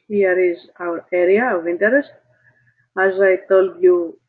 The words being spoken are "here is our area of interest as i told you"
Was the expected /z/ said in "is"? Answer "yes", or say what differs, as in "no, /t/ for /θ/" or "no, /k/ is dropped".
yes